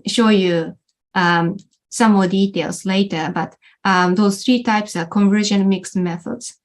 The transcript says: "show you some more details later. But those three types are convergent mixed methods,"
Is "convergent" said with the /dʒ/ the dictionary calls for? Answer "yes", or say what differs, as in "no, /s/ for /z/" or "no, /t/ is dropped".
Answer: no, /ʒ/ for /dʒ/